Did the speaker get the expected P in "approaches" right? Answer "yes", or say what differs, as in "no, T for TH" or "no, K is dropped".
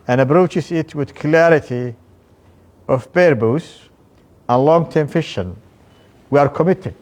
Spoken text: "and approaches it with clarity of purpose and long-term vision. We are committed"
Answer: no, B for P